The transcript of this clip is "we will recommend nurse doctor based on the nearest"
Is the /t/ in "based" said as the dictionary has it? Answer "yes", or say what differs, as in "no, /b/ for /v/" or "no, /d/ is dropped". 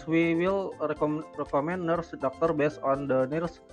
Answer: no, /t/ is dropped